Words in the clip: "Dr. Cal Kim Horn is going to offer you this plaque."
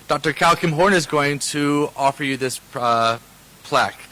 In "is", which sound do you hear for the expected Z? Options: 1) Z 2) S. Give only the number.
1